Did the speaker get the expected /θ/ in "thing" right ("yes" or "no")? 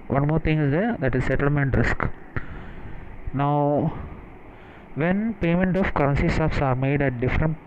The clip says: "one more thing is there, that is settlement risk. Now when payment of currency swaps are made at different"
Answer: no